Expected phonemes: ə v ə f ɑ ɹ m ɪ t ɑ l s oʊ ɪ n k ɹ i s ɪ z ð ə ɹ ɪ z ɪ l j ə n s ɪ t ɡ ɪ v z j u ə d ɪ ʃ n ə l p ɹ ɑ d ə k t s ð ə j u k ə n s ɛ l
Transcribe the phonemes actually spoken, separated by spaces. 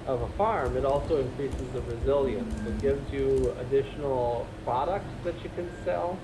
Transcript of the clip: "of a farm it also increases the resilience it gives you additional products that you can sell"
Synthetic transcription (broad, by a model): ə v ə f ɑ ɹ m ɪ t ɑ l s oʊ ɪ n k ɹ i s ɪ z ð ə ɹ ɪ z ɪ l j ə n s ɪ t ɡ ɪ v z j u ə d ɪ ʃ n l p ɹ ɑ d ə k t s ð ə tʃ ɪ k ə n s ɛ l